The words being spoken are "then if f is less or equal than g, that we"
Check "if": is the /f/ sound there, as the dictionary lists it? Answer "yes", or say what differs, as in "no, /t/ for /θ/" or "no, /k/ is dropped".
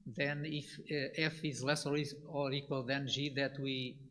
yes